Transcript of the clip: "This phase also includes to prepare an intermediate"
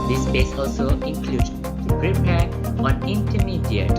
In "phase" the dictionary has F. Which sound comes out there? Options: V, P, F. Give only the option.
P